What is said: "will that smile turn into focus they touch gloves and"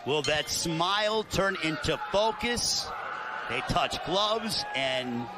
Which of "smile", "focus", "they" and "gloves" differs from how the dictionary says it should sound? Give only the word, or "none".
none